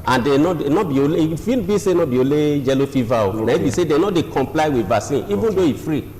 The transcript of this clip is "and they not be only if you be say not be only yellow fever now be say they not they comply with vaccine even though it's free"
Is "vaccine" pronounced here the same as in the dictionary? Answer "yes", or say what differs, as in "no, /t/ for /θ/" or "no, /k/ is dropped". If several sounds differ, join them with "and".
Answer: no, /k/ is dropped